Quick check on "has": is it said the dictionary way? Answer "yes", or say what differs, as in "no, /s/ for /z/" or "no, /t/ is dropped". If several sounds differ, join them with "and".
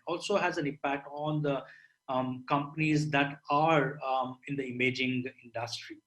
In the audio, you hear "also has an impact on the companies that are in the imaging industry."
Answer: yes